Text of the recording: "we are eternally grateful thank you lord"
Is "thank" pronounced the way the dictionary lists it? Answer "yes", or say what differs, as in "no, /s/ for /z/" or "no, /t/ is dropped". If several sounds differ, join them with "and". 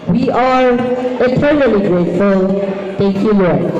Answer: no, /t/ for /θ/